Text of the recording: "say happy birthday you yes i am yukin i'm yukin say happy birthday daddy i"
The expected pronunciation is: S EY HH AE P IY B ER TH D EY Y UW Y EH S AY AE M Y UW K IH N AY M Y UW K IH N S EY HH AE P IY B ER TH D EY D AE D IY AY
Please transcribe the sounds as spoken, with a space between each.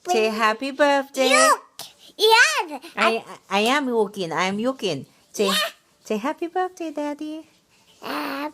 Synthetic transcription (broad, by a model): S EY HH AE P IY B ER TH D EY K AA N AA AY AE M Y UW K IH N AY M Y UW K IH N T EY HH AE P IY B ER TH D EY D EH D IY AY